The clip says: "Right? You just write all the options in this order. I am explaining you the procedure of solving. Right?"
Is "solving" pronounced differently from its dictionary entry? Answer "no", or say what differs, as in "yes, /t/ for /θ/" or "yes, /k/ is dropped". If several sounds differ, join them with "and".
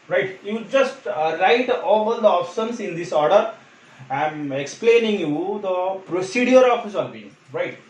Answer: yes, /b/ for /v/